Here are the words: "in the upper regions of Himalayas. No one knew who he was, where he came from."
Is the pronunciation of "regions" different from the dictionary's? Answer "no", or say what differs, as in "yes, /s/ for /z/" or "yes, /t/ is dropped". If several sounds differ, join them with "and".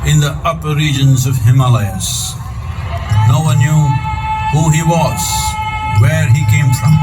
no